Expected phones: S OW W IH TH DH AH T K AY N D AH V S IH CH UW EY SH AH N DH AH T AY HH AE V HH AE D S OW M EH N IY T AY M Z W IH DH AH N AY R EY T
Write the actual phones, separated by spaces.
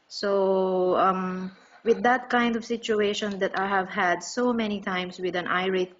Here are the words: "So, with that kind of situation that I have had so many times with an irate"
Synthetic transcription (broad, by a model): S OW W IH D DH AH T K AY N D AH V S IH CH UW EY SH AH N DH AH T AY HH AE V HH AE D S OW M EH N IY T AY M S W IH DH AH N AY R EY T